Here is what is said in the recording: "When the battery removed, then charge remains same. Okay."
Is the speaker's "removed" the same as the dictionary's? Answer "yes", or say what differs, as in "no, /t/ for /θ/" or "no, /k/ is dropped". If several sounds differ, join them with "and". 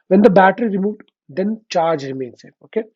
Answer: yes